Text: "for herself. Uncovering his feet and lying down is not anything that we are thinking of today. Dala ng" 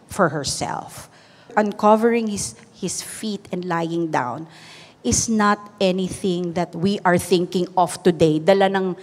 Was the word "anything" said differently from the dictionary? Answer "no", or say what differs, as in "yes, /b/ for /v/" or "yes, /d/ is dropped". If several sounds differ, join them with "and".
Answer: no